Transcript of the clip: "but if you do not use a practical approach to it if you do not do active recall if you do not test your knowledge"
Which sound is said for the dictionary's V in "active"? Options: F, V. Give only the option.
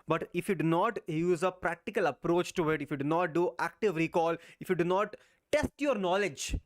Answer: V